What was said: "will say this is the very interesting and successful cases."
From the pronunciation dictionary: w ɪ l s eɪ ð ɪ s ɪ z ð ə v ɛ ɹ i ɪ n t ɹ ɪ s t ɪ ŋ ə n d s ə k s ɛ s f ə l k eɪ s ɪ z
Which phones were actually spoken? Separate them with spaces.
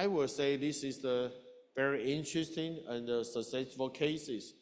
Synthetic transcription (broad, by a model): w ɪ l s eɪ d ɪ s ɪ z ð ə v ɛ ɹ i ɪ n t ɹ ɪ s t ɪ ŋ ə n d s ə s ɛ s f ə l k eɪ s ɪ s